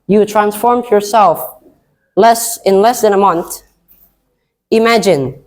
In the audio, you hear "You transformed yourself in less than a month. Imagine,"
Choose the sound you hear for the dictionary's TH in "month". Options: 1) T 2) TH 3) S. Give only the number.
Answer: 2